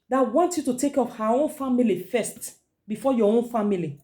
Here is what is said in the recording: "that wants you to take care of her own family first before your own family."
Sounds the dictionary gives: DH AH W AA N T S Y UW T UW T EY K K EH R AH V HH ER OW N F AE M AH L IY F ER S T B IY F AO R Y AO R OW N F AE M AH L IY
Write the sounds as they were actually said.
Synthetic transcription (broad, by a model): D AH W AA N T Y UW T UW T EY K K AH F HH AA OW N F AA M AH L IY F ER S T B IY F AO Y AO OW N F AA M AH L IY